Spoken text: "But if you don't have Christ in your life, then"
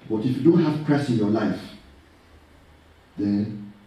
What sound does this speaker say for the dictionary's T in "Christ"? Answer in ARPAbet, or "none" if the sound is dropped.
none